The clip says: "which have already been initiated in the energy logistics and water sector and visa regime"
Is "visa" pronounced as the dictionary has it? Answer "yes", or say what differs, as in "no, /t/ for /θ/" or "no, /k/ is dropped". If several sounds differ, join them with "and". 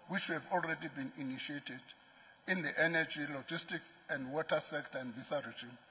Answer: no, /s/ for /z/